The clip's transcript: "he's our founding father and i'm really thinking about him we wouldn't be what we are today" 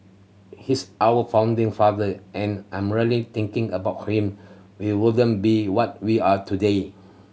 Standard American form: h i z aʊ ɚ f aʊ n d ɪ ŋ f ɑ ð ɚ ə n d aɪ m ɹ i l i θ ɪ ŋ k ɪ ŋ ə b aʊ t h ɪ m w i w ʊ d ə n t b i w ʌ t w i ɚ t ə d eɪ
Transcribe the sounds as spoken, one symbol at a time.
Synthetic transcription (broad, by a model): h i s aʊ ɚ f aʊ n d ɪ ŋ f ɑ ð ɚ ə n aɪ m ɹ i l i t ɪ ŋ k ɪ ŋ ə b aʊ t h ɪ m w i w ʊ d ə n b i w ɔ t w i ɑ t ə d eɪ